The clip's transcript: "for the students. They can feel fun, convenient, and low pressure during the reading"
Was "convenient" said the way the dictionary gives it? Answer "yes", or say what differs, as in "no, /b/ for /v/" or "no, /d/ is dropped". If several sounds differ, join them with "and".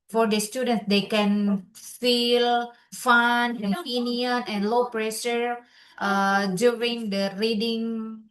no, /p/ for /v/ and /t/ is dropped